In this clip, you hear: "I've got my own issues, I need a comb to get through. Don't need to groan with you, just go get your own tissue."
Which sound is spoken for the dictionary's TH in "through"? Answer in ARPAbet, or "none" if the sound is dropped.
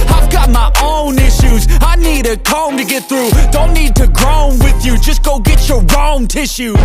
TH